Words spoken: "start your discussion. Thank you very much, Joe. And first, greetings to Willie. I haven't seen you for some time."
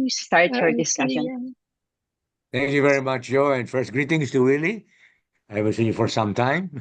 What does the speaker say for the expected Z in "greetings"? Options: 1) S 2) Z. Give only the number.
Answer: 1